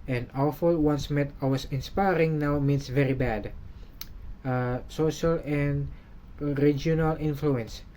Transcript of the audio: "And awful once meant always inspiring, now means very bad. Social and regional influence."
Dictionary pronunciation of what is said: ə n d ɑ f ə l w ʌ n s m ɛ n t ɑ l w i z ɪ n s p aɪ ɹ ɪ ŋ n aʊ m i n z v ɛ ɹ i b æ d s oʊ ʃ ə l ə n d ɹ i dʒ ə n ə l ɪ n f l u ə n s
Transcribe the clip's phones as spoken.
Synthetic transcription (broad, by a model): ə n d ɑ f ə l w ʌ n s m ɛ t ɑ w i s ɪ n s p aɪ ɹ ɪ ŋ n aʊ m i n s v ɛ ɹ i b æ d s oʊ ʃ ə l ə n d ɹ i dʒ ə n ə l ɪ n f l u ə n s